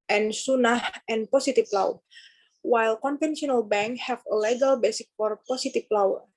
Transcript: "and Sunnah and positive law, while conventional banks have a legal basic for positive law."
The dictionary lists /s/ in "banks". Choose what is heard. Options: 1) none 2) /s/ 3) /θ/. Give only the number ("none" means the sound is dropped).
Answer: 1